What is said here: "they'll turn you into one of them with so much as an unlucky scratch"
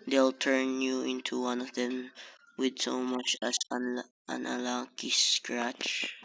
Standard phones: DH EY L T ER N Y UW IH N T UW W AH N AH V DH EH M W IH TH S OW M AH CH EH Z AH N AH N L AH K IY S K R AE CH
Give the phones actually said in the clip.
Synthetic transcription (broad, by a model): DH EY L T ER N Y UW IH N T UW W AH N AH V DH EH M W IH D S OW M AH CH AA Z AH N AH L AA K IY S K R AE CH